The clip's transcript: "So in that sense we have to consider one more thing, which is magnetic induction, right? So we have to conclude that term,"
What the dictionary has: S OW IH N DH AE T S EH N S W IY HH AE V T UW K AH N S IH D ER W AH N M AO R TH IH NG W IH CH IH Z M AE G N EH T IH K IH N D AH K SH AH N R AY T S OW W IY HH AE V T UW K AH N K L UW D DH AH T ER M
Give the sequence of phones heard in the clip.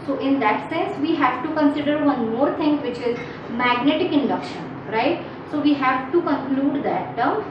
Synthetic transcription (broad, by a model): S OW IH N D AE T S EH N S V IY HH AE V T UW K AH N S IH D ER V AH N M AO R T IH NG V IH CH IH Z M AE G N EH T IH K IH N D AH K SH AH N R AY T S OW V IY HH AE V T UW K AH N K L UW D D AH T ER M